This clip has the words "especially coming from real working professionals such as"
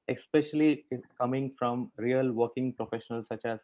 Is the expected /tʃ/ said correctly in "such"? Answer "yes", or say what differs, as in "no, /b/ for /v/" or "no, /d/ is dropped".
yes